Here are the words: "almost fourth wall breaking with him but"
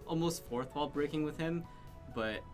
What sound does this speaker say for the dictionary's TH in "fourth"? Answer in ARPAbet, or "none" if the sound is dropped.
TH